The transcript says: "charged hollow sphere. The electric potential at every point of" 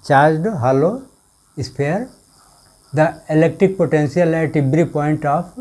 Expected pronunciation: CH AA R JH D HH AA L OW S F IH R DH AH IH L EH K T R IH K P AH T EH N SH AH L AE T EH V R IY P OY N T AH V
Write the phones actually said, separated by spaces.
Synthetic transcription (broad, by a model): CH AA R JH D HH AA L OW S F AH R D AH IH L EH K T R IH K P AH T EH N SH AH L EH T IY B R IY P OY N T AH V